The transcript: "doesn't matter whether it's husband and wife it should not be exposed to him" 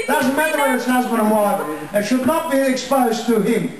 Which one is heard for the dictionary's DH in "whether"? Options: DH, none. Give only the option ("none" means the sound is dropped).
none